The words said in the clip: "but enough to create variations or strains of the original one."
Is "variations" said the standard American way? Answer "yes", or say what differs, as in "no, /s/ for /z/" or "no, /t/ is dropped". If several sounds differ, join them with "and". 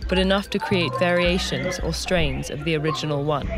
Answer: yes